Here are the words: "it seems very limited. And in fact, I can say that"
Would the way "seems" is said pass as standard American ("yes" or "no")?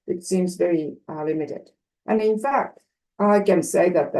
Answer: yes